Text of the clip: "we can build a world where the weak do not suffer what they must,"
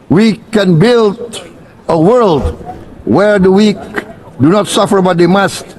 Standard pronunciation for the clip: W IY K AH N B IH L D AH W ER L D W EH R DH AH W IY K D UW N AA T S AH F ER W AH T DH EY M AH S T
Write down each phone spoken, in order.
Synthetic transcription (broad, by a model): W IY K AH N B IH L D AH W ER L D W EH R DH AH W IY K D UW N AA T S AH F ER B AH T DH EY M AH S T